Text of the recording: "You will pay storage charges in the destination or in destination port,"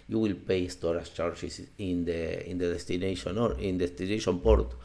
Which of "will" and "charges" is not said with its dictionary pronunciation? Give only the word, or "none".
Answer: charges